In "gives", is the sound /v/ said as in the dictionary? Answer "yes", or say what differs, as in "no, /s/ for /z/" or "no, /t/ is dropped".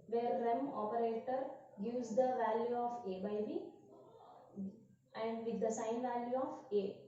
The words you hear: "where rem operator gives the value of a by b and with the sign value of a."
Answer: no, /v/ is dropped